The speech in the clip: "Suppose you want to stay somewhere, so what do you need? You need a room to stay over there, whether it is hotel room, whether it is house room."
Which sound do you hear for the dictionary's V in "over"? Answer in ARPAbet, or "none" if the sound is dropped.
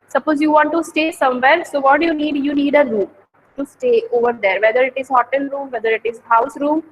V